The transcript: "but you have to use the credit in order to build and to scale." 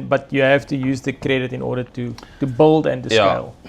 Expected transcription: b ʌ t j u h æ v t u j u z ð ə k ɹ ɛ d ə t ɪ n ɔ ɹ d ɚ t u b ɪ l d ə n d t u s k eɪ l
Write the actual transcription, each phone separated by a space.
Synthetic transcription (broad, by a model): b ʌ t j u h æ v t u j u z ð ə k ɹ ɛ d ə t ɪ n ɔ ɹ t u t u b ɪ l d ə n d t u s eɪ l